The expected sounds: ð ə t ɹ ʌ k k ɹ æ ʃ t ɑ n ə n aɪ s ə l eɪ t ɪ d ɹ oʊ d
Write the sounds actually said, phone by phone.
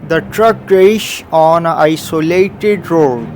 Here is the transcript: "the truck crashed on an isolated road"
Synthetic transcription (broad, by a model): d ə t ɹ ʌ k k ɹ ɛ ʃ ɑ n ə aɪ s ə l eɪ t ɪ d ɹ oʊ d